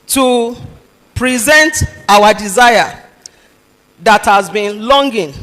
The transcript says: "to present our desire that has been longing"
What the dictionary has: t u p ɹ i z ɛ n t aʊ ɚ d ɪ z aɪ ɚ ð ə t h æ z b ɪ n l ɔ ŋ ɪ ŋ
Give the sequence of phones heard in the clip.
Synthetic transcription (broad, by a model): t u p ɹ i z ɛ n t aʊ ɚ d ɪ z aɪ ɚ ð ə t h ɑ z b ɪ n l ɔ ŋ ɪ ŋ